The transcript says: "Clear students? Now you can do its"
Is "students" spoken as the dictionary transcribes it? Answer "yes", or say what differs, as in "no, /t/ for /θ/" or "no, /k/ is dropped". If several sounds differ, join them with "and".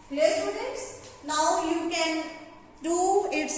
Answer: no, /n/ is dropped